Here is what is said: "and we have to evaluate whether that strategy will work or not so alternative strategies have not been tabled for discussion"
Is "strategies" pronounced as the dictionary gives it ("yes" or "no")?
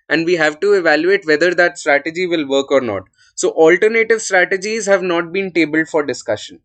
yes